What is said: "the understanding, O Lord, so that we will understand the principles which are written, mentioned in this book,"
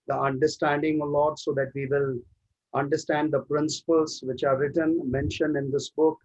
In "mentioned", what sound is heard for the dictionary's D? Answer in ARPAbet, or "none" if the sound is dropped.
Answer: none